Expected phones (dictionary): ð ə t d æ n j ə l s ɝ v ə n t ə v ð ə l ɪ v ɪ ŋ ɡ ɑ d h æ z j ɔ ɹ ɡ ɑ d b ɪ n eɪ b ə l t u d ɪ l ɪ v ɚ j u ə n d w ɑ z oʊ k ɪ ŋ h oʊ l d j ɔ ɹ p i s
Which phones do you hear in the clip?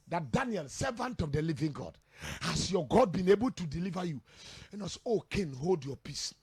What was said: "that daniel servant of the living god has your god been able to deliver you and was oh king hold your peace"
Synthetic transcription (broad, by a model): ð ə t d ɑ n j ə l s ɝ v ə n t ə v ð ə l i v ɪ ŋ ɡ ɑ d h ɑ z j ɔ ɡ ɑ d b ɪ n eɪ b ə l t u d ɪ l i v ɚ j u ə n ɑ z oʊ k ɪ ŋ h oʊ l d j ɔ p i s